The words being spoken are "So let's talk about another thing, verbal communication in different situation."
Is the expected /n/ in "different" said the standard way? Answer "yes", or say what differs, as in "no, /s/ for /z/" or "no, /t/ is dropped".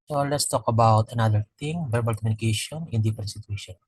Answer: no, /n/ is dropped